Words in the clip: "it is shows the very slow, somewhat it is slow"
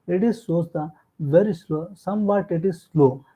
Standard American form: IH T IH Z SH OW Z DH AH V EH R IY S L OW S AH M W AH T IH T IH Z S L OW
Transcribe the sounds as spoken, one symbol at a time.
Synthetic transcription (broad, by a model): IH T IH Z S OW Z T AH V EH R IY S L OW S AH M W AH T IH T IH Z S L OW